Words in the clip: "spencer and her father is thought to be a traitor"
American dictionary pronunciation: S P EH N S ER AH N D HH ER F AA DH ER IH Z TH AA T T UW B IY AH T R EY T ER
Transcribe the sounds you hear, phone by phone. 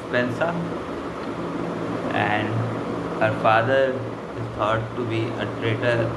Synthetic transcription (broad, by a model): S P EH N S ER AH N D HH ER F AA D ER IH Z T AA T T UW B IY AH T R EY T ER